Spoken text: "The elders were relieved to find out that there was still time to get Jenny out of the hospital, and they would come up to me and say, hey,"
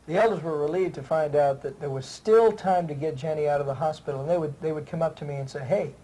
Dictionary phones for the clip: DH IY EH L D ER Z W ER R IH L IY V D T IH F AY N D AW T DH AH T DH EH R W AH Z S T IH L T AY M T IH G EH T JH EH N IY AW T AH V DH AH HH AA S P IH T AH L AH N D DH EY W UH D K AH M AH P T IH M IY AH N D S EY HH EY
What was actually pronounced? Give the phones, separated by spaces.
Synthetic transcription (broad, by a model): DH IY EH L D ER Z W ER R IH L IY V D T IH F AY N D AW T DH AH T DH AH R W AH Z S T IH L T AY M T IH G EH T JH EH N IY AW T AH V DH AH HH AA S P IH T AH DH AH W D DH EY W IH D K AH M AH P T IH M IY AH N S EY HH EY